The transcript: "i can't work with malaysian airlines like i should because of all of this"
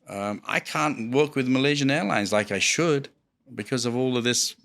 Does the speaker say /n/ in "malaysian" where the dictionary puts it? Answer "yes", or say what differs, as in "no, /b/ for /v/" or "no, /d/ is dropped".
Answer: yes